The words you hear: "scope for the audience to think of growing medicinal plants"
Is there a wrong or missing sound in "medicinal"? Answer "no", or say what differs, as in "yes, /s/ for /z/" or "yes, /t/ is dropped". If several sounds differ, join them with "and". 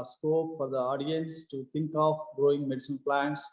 yes, /n/ is dropped and /n/ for /l/